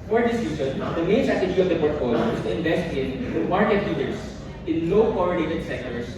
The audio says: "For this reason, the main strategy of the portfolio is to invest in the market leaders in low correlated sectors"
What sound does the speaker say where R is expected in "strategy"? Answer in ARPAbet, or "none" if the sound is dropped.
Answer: none